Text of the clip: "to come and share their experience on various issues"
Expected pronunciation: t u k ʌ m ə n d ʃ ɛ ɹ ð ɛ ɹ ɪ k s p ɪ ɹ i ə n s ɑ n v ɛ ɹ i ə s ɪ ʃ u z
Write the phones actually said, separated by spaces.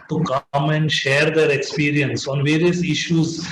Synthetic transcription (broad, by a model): t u k ʌ m ə n d ʃ ɛ ɹ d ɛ ɹ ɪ k s p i ɹ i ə n s ɑ n v ɛ ɹ i ə s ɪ ʃ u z